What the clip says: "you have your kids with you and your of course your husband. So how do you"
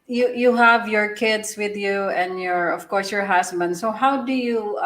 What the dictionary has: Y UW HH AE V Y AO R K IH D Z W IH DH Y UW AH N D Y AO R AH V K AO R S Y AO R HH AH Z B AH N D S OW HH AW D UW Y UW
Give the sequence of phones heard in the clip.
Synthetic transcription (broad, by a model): Y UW HH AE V Y AO R K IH D S W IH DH Y UW AH N D Y AO R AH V K AO R S Y AO R HH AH S B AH N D S OW HH AW D UW Y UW